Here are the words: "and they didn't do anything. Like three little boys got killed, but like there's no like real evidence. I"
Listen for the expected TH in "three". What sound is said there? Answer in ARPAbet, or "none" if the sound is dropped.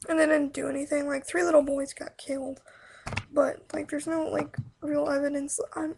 TH